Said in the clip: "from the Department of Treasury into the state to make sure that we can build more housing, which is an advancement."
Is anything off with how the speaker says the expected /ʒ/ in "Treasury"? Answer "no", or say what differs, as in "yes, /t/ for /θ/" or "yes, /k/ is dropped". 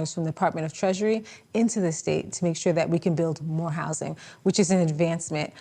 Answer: no